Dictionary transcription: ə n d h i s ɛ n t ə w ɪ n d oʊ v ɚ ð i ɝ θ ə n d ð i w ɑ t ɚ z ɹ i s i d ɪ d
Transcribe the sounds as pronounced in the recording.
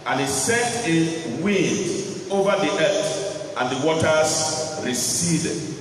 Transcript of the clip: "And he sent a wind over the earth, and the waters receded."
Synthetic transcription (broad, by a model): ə n h i s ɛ t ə w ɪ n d oʊ v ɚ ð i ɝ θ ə n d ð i w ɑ t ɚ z ɹ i s i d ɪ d